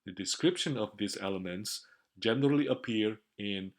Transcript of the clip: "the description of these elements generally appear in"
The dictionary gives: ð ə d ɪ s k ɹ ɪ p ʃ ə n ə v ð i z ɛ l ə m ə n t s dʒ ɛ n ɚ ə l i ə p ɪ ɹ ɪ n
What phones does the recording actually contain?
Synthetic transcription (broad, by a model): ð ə d ɪ s k ɹ ɪ p ʃ ə n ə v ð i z ɛ l ə m ə n t s dʒ ɛ n ɚ ə l i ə p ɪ ɹ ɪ n